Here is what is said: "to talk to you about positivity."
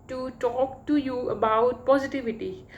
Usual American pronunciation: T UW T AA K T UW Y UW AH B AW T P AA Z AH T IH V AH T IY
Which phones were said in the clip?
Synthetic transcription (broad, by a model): T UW T AA K T UW Y UW AH B AW T P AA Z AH T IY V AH T IY